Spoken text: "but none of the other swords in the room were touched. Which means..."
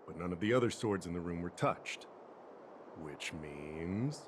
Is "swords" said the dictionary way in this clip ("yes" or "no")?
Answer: yes